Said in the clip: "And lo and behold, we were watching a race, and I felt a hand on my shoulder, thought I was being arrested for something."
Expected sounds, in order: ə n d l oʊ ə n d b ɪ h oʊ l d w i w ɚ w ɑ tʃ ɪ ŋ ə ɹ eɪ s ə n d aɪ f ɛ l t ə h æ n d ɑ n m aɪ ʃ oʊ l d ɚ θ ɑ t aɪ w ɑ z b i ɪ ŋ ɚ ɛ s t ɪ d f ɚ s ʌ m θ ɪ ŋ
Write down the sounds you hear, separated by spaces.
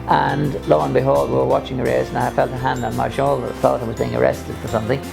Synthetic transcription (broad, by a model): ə n l oʊ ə n b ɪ h oʊ l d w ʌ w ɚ w ɑ tʃ ɪ ŋ ə ɹ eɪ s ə n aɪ f ɛ l t ə h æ n d n m aɪ ʃ oʊ l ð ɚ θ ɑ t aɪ w ɑ z b i ɪ ŋ ɚ ɛ s t ɪ d f ɚ s ʌ m θ ɪ ŋ